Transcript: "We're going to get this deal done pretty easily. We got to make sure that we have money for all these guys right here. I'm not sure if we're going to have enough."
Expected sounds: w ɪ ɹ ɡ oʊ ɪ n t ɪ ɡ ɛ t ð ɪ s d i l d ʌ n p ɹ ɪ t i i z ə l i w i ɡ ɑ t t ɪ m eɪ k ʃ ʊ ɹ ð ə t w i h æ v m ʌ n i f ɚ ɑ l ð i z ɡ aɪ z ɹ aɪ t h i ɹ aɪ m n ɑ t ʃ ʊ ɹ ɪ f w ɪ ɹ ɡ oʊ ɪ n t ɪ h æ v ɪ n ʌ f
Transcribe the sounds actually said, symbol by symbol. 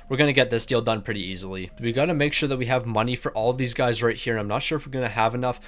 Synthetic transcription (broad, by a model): w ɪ ɹ ɡ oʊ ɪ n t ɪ ɡ ɛ t ð ɪ s d i l d ʌ n p ɹ ɪ t i i z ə l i w i ɡ ɑ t t ɪ m eɪ k ʃ ʊ ɹ ð ə t w i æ v m ʌ n i f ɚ ɑ l ð i z ɡ aɪ z ɹ aɪ t h i ɹ aɪ m n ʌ t ʃ ʊ ɹ ɪ f w ɪ ɹ ɡ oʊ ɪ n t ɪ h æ v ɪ n ʌ f